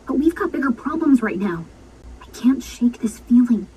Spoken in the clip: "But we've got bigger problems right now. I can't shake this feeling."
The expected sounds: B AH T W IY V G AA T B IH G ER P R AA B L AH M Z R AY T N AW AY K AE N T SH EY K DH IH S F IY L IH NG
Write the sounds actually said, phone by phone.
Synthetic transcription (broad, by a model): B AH T W IY V G AA T B IH G ER P R AA B L AH M Z R AY T N AW AY K AE N T SH EY K DH IH S F IY L IH NG